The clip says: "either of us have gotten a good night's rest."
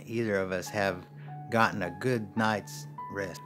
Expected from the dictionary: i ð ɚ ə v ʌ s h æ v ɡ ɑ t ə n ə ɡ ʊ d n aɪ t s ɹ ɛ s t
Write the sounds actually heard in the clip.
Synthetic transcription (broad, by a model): i ð ɚ ə v ʌ s h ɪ v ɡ ɑ t n ə ɡ ʊ d n aɪ t s ɹ ɛ s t